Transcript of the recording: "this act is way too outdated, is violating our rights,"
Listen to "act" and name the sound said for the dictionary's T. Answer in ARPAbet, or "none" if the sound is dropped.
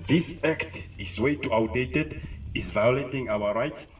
T